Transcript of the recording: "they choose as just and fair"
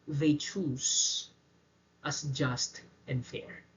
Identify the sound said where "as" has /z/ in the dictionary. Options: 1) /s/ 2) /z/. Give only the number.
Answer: 1